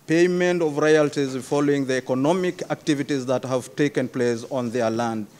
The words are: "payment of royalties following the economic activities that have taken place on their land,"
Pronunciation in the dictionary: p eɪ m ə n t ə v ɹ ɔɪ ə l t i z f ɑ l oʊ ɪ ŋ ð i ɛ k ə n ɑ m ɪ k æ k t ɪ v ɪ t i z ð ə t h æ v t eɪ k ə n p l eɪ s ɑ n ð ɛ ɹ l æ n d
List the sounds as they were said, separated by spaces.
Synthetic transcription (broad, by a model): p eɪ m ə n t ə v ɹ ɔɪ ə l t i z f ɑ l oʊ ɪ ŋ ð i ɛ k ə n ɑ m ɪ k æ k t ɪ v ɪ t i z ð ə t h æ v t eɪ k ə n p l eɪ s ɑ n ð ɛ ɹ l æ n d